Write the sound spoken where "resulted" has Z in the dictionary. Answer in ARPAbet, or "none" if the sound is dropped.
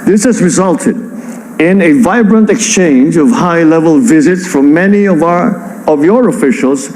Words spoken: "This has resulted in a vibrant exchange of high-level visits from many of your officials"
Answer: Z